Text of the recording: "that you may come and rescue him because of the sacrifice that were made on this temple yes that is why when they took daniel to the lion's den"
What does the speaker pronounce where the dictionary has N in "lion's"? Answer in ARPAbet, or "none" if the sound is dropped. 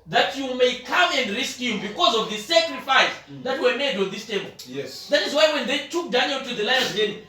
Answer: none